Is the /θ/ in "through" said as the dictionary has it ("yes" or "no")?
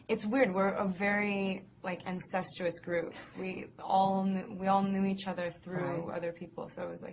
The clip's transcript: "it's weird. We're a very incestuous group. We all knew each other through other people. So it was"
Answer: yes